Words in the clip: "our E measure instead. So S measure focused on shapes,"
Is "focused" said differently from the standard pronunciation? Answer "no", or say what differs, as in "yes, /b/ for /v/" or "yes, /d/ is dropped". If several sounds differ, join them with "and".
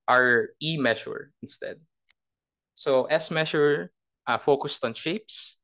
no